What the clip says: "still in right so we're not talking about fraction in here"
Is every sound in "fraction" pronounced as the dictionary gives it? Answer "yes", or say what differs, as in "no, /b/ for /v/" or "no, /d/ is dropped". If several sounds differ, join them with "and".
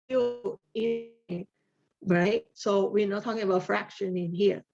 yes